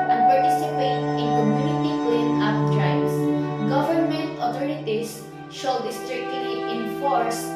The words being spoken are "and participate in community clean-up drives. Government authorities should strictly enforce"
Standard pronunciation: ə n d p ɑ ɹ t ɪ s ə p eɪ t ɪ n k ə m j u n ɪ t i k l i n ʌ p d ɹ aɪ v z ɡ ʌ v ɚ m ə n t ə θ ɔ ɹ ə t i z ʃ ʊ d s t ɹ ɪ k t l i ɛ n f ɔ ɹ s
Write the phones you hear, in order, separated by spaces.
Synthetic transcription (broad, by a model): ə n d p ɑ ɹ t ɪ s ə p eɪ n ɪ n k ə m j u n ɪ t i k w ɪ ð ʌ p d ɹ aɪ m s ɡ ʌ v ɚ m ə n t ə t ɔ ɹ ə t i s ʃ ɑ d s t ɹ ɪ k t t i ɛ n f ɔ ɹ s